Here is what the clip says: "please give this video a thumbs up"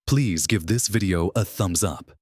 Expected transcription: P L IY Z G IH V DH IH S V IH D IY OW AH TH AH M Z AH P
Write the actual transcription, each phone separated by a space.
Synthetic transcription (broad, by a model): P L IY Z G IH V DH IH S V IH D IY OW AH TH AH M Z AH P